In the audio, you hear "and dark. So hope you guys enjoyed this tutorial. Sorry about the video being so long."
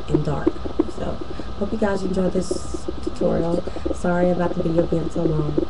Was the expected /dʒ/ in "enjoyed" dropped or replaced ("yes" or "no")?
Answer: no